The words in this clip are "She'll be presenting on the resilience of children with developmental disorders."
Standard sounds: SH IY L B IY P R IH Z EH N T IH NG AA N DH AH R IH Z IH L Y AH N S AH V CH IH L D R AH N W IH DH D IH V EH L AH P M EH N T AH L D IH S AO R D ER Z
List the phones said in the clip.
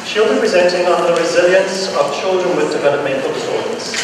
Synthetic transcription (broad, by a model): SH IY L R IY P R IH Z EH N T IH NG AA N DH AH R IH Z IH L Y AH N S AH V CH IH L D R AH N W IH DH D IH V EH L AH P M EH N T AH L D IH S AO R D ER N